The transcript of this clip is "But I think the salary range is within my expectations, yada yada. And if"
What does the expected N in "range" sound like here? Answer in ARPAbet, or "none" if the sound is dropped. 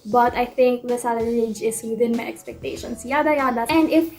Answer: none